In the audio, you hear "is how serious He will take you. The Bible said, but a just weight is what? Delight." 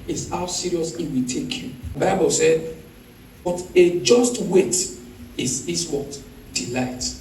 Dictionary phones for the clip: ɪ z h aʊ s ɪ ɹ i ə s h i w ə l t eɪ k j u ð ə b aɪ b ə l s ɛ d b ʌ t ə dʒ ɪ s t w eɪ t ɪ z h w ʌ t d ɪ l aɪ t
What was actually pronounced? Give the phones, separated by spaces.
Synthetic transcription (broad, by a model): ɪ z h aʊ s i ɹ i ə s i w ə t eɪ k j u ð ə b aɪ b ə l s ɛ d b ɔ t ə dʒ ɪ s t w eɪ t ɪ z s w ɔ t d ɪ l aɪ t